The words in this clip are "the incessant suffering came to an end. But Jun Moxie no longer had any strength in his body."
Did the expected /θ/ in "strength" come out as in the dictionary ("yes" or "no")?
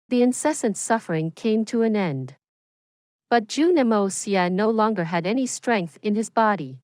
yes